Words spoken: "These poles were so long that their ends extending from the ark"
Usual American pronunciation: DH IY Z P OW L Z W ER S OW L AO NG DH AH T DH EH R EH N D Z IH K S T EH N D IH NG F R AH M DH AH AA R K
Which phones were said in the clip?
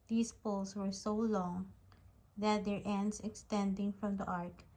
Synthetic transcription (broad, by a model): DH IY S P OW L S W ER S OW L AO NG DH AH T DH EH R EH N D S IH K S T EH N D IH NG F R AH M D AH AA R K